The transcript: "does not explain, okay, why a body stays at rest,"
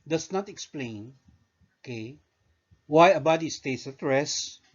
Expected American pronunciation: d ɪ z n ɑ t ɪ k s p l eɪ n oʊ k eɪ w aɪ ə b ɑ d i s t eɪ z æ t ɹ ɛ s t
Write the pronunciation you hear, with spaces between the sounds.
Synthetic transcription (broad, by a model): d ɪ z n ɑ t ɪ k s p l eɪ n oʊ k eɪ w aɪ ə b ɑ d i s t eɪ s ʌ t ɹ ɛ s